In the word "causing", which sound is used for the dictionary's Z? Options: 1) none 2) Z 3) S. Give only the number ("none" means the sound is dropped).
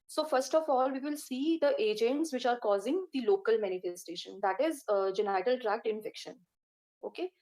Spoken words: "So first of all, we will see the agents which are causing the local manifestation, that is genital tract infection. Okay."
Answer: 2